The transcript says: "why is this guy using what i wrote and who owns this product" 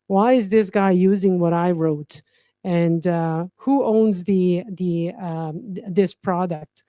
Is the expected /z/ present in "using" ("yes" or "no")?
yes